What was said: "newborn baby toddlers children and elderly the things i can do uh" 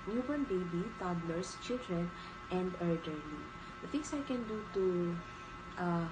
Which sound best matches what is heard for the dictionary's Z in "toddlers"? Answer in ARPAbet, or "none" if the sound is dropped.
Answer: S